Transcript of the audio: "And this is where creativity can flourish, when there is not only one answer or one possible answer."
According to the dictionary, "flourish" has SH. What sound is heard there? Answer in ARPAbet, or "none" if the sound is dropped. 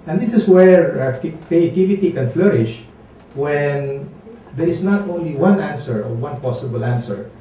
SH